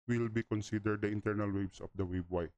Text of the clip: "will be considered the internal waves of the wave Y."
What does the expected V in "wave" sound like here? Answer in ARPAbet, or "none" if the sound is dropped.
B